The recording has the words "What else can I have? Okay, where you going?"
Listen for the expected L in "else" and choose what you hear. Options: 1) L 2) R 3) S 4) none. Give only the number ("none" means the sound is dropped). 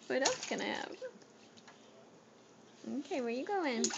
4